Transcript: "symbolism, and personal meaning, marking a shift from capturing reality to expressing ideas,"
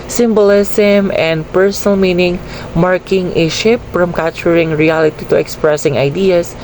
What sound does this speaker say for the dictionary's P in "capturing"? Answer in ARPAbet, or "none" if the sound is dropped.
none